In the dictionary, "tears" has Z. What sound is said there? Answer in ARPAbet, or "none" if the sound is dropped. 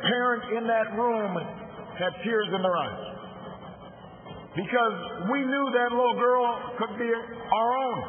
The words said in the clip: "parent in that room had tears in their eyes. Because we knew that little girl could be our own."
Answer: Z